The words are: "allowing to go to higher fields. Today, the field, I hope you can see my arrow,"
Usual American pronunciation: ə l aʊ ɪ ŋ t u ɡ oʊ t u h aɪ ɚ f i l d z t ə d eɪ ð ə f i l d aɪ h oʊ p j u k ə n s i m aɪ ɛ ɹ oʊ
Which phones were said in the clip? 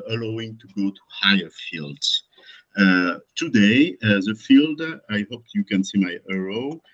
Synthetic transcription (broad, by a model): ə l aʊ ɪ ŋ t u ɡ oʊ t u h aɪ ɚ f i l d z t ə d eɪ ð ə f i l d aɪ h oʊ p j u k ə n s i m aɪ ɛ ɹ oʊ